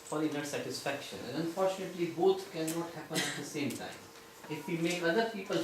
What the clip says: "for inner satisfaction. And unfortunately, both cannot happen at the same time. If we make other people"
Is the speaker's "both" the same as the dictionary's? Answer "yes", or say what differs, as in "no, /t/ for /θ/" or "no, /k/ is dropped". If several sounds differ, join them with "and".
no, /t/ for /θ/